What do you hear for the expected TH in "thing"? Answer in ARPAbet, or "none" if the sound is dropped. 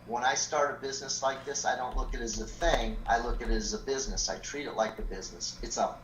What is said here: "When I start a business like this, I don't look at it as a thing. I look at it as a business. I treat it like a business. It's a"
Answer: TH